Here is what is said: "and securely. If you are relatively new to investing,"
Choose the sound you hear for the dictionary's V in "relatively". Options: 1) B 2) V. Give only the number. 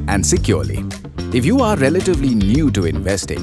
2